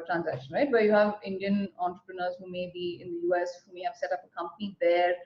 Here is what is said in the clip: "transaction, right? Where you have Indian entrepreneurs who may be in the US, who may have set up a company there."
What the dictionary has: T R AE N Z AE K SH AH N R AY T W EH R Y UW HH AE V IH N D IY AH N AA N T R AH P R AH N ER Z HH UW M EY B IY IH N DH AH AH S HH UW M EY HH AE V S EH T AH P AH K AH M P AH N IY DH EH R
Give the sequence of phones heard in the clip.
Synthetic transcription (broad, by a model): T R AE N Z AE K SH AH N R AY T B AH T Y UW HH AE V IH N D IY AH N AA N T R AH P R AH N ER Z HH UW M EY B IY IH N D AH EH S HH UW M EY HH AE V S EH T AH P AH K AH M P AH N IY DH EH R